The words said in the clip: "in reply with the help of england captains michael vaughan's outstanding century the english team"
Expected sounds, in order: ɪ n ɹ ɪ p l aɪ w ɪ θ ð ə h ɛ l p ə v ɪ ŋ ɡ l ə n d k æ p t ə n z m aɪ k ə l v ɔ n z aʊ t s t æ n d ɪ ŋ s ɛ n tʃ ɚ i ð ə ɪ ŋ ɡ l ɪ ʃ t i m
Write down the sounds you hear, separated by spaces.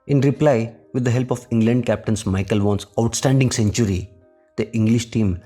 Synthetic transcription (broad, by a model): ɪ n ɹ ɪ p l aɪ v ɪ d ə h ɛ l p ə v ɪ ŋ ɡ l ə n d k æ p t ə n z m aɪ k ə l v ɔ n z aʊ t s t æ n d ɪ ŋ s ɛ n tʃ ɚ i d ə ɪ ŋ ɡ l ɪ ʃ t i m